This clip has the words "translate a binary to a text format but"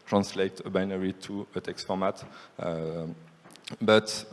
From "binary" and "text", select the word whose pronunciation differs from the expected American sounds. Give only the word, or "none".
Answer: none